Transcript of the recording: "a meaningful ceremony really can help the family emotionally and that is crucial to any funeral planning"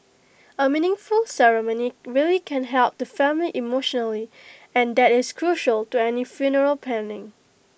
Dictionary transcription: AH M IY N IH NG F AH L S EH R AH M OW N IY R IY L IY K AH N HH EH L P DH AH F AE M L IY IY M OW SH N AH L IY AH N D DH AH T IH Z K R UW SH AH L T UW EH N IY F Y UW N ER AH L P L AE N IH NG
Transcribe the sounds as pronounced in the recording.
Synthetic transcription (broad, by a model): AH M IY N IH NG F AH L S EH R AH M OW N IY R IY L IY K AH N HH EH L P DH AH F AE M L IY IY M OW SH N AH L IY AH N D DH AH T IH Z K R UW SH AH L T UW EH N IY F Y UW N ER AH L P AE N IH NG